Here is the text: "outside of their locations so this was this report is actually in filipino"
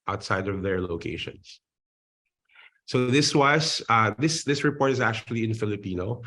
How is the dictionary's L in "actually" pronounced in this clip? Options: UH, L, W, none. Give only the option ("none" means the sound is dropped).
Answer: L